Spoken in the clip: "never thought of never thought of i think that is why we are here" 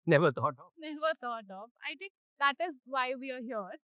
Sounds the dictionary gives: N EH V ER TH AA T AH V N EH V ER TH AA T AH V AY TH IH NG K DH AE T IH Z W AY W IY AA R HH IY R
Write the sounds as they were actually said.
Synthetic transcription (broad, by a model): N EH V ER T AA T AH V N EH V ER T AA T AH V AY T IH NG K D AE T IH Z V AY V IY AA R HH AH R